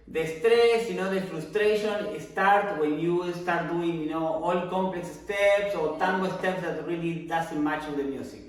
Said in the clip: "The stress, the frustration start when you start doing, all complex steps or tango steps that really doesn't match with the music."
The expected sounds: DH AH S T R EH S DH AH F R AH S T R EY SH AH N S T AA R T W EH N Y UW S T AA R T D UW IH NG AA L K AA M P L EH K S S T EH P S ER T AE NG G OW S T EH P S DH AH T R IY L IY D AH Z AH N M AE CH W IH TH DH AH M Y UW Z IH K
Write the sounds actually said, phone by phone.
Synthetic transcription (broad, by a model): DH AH S T R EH S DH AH F R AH S T R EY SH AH N S T AA R T W EH N Y UW S T AA R T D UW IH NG AA L K AA M P L EH K S S T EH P S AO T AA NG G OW S T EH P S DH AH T R IY L IY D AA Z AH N M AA CH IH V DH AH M Y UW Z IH K